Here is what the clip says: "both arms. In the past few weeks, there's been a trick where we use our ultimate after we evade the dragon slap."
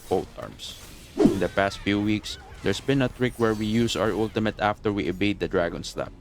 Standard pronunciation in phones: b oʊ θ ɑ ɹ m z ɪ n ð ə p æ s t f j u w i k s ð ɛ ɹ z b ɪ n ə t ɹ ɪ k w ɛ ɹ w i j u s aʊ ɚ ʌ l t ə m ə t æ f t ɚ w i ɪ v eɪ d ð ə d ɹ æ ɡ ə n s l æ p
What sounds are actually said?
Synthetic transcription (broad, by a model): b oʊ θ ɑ ɹ m s ɪ n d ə p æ s t f j u w i k s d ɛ ɹ s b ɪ n ə t ɹ ɪ k w ɛ ɹ w i j u s aʊ ɚ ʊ l t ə m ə t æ f t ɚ w i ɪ b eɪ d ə d ɹ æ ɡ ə n s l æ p